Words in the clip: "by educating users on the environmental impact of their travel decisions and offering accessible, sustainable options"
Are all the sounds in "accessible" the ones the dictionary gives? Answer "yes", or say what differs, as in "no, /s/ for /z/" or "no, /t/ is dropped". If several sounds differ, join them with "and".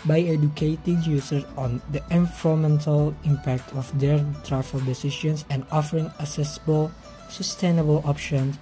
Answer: no, /k/ is dropped